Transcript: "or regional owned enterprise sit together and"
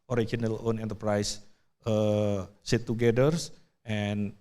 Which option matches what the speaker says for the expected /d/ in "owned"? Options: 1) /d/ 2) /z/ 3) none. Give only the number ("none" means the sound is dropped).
3